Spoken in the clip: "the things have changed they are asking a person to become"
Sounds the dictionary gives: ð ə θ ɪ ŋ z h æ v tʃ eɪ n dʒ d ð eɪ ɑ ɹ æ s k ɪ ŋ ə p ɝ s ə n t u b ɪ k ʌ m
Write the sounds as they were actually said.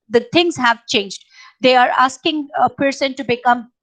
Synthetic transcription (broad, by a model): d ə t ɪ ŋ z h æ v tʃ eɪ n dʒ d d eɪ ɑ ɹ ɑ s k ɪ ŋ ə p ɝ s ə n t u b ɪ k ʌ m